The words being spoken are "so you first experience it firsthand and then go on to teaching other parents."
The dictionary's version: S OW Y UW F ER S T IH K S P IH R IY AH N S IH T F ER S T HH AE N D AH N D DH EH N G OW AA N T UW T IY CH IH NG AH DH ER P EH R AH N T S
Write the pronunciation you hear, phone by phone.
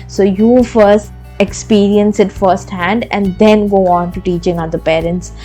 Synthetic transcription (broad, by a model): S OW Y UW F ER S T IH K S P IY R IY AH N S IH T F ER S T HH AE N D AH N D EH N G OW AA N T UW T IY CH IH NG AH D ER P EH R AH N T S